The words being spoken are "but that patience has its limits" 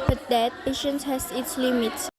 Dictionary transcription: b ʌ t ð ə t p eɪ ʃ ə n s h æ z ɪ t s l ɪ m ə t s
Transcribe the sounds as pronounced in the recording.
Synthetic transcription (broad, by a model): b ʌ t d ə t p eɪ ʃ ə n s h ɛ s ɪ t s l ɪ m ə t s